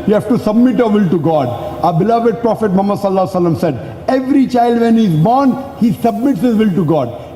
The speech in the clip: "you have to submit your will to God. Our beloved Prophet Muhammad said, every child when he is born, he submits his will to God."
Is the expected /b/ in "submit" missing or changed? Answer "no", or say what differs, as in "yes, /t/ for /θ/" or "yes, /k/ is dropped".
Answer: no